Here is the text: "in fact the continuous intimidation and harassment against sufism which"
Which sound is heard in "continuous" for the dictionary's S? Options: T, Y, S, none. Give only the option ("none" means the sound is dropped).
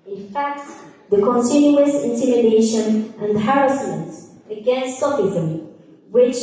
S